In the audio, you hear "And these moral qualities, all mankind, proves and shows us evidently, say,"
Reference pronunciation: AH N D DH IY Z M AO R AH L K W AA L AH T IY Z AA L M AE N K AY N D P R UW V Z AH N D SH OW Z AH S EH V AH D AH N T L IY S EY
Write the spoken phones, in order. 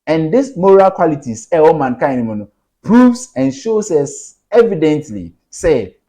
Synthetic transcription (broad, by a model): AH N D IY S M AO R AH L K W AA L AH T IY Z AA W M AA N K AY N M P R UW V S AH N SH OW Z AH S EH V AH D AH N T L IY S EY